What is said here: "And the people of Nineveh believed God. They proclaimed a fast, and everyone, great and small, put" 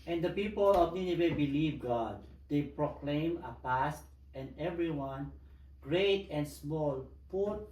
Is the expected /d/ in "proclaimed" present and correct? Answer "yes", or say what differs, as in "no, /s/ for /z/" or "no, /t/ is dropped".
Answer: no, /d/ is dropped